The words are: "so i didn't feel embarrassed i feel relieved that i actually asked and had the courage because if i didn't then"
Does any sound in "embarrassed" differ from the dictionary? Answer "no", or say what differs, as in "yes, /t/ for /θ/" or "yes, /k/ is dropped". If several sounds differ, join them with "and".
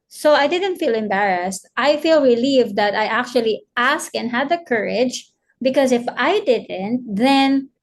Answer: no